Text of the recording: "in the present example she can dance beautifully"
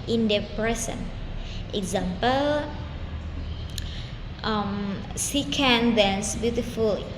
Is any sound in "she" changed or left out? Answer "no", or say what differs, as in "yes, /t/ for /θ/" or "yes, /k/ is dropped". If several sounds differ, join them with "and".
yes, /s/ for /ʃ/